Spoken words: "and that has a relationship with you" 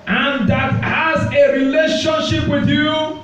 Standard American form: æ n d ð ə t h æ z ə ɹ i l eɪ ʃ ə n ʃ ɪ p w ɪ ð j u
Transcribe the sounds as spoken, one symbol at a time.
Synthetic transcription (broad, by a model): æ n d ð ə t h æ z ə ɹ i l eɪ ʃ ə n ʃ ɪ p w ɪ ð j u